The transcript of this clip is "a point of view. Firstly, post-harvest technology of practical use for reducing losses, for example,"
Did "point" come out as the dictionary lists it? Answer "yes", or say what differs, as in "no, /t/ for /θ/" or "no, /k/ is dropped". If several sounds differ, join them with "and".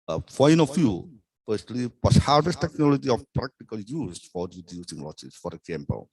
no, /t/ is dropped